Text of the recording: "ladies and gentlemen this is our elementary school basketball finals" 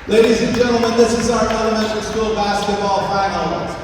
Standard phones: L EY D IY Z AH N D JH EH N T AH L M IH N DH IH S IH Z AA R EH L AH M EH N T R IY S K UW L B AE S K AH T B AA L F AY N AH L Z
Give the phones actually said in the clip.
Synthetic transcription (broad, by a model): L EY D IY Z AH N JH EH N T L M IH N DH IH S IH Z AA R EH N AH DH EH T W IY S K UW L B AE S K AH T B AA L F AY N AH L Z